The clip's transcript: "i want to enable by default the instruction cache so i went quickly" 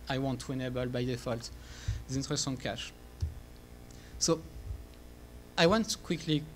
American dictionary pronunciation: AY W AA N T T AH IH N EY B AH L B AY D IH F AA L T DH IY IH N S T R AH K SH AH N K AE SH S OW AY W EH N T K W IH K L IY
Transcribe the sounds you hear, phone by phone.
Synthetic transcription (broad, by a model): AY W AA N T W IH N EY B AH L B AY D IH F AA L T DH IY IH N T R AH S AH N K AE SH S OW AY W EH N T K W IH K L IY